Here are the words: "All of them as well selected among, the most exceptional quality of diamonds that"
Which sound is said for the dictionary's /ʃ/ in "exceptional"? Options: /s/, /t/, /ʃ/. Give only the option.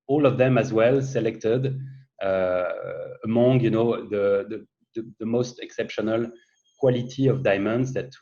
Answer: /ʃ/